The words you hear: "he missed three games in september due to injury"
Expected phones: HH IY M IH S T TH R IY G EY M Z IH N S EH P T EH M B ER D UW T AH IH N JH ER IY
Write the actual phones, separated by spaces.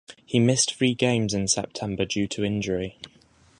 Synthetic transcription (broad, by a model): HH IY M IH S T F R IY G EY M Z IH N S EH P T EH M B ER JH UW T AH IH N JH ER IY